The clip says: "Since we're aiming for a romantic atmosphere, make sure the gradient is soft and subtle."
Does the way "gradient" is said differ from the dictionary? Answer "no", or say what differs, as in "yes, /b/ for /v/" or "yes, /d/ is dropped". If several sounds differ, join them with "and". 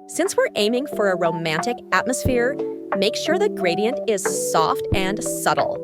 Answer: no